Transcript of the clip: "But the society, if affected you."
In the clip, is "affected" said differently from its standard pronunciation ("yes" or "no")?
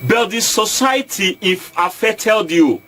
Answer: yes